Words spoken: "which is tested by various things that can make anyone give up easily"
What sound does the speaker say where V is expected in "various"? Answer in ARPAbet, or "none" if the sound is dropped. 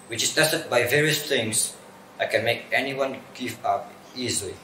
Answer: V